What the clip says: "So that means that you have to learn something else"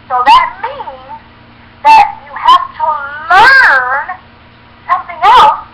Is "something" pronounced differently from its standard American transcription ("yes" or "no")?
no